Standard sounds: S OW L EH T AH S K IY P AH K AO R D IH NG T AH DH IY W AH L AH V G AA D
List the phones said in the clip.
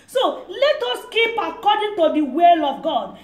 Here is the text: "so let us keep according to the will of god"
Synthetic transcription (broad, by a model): S OW L EH T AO S K IY P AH K AO D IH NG T AH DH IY W AH L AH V G AA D